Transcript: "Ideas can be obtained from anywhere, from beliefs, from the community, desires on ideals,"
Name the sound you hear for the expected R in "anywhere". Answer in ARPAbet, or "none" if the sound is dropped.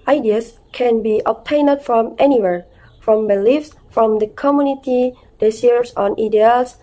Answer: R